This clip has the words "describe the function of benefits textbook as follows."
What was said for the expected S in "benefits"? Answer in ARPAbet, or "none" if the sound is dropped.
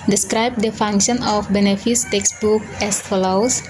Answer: S